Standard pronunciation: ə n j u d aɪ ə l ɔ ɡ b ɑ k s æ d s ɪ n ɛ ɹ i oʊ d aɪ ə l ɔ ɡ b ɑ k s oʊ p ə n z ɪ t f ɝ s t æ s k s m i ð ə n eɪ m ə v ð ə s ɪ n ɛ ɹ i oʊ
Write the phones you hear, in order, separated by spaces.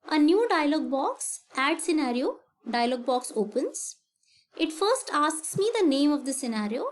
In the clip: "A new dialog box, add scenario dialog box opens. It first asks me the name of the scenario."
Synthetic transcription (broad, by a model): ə n j u d aɪ ə l ɔ ɡ b ɑ k s æ d s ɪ n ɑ ɹ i oʊ d aɪ ə l ɔ ɡ b ɑ k s oʊ p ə n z ɪ t f ɝ s t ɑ s k s m i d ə n eɪ m ə v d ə s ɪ n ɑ ɹ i oʊ